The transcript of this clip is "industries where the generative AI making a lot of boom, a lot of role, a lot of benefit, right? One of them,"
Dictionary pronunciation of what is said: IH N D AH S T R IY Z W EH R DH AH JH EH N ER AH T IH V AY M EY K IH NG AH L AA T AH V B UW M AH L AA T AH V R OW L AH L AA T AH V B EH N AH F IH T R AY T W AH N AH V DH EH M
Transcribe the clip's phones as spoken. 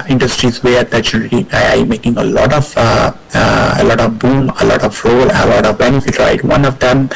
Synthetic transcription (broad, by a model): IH N D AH S T R IY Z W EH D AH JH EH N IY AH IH AY M EY K IH NG AH L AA T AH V B UW M AH L AA T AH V R OW L AH L AA T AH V B EH N AH F IH T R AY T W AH N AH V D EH M